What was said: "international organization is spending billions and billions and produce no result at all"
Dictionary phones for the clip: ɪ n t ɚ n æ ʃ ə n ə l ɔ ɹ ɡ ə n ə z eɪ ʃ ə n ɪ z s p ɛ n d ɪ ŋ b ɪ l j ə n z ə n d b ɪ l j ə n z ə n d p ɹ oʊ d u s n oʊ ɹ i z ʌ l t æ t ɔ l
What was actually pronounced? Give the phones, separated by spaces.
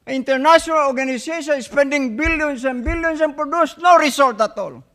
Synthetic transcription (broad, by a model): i n t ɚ n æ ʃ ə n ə l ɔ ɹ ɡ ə n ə s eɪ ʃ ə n s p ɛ n d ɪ ŋ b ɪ l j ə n s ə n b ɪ l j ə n s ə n p ɹ oʊ d u s n oʊ ɹ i s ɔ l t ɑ t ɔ l